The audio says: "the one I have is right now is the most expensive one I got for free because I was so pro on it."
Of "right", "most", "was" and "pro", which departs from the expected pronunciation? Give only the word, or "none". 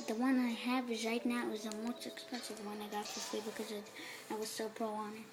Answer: none